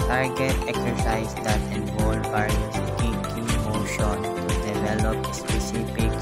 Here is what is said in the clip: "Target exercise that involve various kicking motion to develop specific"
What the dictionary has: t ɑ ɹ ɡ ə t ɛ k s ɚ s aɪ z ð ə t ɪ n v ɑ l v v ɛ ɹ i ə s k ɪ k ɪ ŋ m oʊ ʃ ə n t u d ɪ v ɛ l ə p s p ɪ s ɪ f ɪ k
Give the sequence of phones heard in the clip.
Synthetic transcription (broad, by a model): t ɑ ɹ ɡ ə t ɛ k s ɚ s aɪ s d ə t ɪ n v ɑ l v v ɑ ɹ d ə k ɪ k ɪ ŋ m oʊ ʃ ə n t u d ɪ v ɛ l ə p s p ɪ s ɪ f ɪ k